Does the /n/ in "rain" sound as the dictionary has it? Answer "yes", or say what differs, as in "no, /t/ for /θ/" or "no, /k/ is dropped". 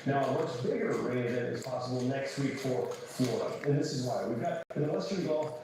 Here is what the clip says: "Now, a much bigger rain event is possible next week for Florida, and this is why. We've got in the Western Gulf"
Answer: no, /n/ is dropped